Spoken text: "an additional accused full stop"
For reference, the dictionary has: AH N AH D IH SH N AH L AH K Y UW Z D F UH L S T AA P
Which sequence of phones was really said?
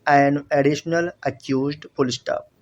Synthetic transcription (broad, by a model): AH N AH D IH SH N AH L AH K Y UW Z D P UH L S T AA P